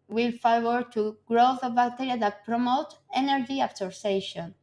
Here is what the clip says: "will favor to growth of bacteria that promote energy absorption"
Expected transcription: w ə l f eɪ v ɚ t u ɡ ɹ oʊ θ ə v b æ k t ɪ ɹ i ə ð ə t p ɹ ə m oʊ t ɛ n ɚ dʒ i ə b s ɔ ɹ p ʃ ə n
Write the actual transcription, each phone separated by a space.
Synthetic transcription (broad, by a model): w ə l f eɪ w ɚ t u ɡ ɹ oʊ θ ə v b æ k t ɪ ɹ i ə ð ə t p ɹ ə m oʊ t ɛ n ɚ dʒ i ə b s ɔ ɹ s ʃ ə n